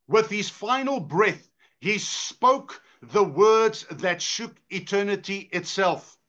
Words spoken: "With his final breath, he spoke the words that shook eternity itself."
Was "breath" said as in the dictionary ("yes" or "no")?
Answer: yes